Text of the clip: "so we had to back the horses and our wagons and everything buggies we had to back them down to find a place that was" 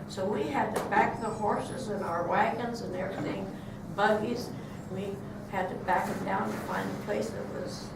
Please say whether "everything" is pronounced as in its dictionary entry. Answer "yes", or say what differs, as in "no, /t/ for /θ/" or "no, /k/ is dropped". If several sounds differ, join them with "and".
no, /v/ is dropped